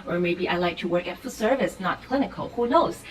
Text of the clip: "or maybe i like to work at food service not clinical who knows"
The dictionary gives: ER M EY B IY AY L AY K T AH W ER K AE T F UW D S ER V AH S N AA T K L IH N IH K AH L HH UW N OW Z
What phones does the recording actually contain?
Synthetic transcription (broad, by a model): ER M EY B IY AY L AY K T AH W ER K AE T F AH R S ER V AH S N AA T K L IH N IH K AH L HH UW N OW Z